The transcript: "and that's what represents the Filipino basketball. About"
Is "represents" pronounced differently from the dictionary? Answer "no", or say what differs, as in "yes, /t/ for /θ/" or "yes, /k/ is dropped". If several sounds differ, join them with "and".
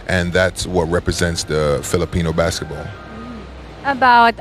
no